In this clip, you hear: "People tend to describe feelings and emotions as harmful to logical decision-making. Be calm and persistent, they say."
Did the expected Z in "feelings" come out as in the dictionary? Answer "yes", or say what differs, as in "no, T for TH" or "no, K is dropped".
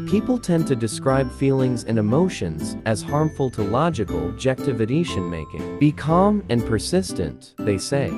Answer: yes